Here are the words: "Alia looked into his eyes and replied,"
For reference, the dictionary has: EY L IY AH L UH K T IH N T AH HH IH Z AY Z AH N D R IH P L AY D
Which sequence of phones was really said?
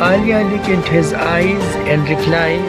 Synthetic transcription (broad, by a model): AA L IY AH L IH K IH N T HH IH Z AY Z AH N D R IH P L AY